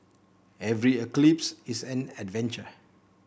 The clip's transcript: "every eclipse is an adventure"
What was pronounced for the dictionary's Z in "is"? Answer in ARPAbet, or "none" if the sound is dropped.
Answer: S